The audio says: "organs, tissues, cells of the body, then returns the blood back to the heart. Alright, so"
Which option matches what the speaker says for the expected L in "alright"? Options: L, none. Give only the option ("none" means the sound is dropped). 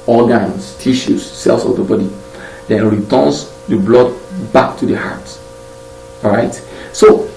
none